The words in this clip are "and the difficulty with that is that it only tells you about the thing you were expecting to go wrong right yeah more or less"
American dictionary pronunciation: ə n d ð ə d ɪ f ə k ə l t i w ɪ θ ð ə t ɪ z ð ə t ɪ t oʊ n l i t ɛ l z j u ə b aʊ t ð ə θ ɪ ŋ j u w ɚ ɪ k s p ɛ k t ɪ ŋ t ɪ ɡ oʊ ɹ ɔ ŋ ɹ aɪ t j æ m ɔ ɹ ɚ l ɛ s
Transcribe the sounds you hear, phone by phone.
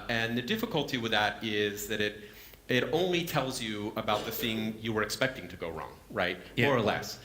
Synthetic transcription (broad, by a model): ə n ð ə d ɪ f ə k ə l t i w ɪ ð ə t ɪ z ð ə t ɪ t oʊ n l i t ɛ l z j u ə b aʊ t ð ə θ ɪ ŋ j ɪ w ɚ ɪ k s p ɛ k t ɪ ŋ t ɪ ɡ oʊ ɹ ɔ ŋ ɹ aɪ t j m ɔ ɹ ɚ l ɛ s